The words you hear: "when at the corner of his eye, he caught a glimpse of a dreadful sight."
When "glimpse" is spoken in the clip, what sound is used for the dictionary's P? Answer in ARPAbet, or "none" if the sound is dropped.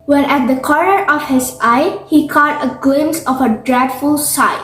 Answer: none